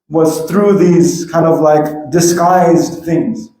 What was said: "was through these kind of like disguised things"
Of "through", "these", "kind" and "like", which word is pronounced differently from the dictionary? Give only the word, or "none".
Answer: none